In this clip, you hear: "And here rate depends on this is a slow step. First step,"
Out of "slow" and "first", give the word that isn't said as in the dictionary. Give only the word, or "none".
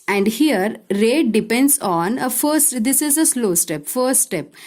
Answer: first